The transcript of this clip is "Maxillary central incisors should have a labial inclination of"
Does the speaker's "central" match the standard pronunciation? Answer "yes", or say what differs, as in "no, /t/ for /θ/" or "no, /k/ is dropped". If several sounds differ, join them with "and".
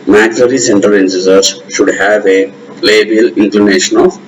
no, /ɹ/ is dropped